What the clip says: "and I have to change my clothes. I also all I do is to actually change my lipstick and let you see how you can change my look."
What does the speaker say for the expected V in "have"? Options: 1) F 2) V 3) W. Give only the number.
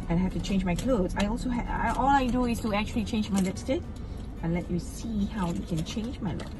1